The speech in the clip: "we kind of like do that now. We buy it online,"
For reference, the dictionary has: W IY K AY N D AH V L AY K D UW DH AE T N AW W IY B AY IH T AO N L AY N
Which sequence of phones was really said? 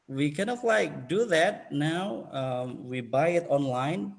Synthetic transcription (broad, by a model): W IY K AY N AH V L AY K D UW DH AE T N AW W IY B AY IH T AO N L AY N